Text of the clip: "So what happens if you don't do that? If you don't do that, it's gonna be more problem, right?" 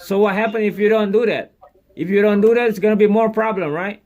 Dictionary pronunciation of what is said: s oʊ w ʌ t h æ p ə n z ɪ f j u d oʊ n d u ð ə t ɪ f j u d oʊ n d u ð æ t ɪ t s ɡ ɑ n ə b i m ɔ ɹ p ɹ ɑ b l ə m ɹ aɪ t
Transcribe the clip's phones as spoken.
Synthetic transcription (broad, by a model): s oʊ w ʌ t h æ p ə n ɪ f j u d oʊ n d u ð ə t ɪ f j u d oʊ n d u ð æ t ɪ t s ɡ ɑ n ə b i m ɔ ɹ p ɹ ɑ b l ə m ɹ aɪ t